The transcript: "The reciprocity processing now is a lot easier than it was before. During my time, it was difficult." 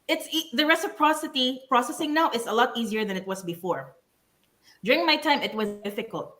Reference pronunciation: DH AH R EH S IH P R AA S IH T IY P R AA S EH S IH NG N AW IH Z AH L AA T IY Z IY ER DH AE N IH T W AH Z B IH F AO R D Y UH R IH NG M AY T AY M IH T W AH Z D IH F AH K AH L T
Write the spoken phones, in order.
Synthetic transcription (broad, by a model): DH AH R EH S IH P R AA S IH T IY P R AA S EH S IH NG N AW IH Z AH L AA T IY Z IY ER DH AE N IH T W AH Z B IH F AO R D Y UH R IH NG M AY T AY M IH T W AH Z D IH F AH K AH L T